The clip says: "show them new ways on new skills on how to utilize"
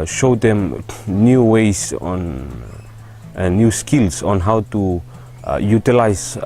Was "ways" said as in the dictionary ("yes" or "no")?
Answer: no